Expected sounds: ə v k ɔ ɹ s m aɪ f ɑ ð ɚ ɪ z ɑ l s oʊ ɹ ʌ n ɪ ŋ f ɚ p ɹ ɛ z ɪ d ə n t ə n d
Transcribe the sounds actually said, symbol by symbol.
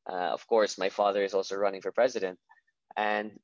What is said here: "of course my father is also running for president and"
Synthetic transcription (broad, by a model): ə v k ɔ ɹ s m aɪ f ɑ ð ɚ ɪ z ɑ l s oʊ ɹ ʌ n ɪ ŋ f ɚ p ɹ ɛ z ɪ d ə n t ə n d